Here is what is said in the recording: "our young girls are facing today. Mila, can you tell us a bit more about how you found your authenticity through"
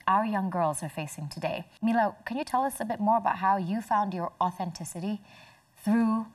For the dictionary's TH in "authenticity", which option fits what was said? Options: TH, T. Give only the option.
TH